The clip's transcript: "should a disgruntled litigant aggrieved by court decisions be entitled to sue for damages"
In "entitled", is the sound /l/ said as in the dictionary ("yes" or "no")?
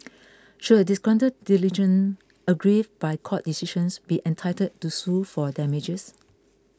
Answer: no